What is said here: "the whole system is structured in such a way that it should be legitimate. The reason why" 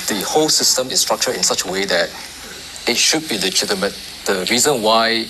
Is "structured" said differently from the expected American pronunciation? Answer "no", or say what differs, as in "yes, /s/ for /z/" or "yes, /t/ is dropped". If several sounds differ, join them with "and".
yes, /d/ is dropped